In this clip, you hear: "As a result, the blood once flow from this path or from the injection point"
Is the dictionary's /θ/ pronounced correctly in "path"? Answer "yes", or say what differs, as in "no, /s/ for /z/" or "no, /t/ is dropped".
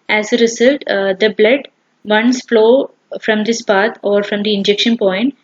no, /t/ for /θ/